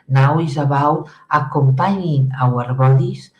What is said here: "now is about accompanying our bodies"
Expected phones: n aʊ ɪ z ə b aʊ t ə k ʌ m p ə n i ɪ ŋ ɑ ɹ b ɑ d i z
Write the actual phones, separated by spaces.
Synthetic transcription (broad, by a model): n aʊ ɪ z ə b aʊ ə k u m p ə n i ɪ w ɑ ɹ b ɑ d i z